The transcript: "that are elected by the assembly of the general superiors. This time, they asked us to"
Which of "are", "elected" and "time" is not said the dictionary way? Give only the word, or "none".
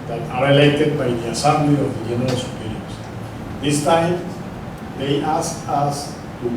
elected